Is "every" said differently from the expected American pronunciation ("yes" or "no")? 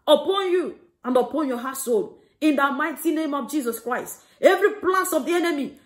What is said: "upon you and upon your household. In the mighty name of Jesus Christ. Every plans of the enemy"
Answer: no